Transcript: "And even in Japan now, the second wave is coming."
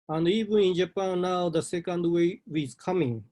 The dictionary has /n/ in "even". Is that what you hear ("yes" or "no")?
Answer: no